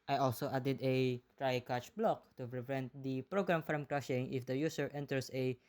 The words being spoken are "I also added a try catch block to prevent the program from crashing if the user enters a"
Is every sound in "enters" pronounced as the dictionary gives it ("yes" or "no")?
no